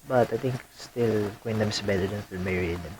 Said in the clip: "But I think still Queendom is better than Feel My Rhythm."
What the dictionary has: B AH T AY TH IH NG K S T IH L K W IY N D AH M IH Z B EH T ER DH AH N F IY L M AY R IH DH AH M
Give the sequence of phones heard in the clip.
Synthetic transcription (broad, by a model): B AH T AY T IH NG K S T IH L K W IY N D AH M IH S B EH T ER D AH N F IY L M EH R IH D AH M